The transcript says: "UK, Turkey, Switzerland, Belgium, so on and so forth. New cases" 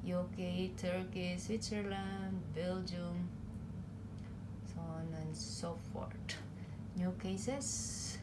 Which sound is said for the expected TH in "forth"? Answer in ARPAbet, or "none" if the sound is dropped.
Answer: T